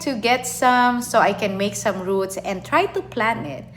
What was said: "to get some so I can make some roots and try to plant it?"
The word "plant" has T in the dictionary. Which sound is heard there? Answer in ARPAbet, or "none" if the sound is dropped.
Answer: none